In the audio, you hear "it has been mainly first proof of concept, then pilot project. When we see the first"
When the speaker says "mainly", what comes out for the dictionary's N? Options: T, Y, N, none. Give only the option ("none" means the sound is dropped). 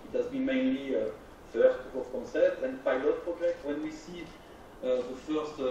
N